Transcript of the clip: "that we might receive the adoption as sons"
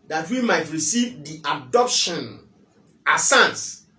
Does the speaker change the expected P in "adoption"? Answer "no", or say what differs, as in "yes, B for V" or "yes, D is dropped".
no